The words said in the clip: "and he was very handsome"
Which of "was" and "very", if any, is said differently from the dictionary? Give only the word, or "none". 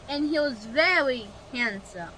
none